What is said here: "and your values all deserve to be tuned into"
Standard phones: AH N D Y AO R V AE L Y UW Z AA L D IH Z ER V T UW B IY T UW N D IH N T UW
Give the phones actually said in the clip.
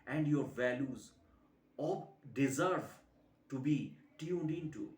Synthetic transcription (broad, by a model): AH N D Y AO R V AE L Y UW Z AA D IH Z ER V T UW B IY T UW N D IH N T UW